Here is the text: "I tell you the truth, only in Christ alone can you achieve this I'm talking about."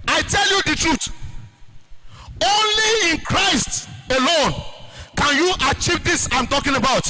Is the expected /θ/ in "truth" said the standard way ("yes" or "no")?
no